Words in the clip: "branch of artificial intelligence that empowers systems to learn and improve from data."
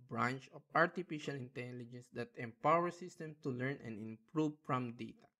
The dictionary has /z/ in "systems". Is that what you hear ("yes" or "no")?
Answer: no